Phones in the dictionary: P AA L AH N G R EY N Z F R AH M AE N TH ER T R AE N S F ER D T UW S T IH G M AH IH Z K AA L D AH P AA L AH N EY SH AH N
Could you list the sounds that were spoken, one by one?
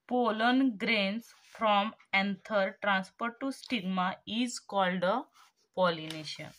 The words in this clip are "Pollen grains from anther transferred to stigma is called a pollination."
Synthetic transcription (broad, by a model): P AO L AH N G R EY N S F R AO M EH N T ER T R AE N S P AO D T UW S T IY G M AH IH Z K AA L D AH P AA L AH N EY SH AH N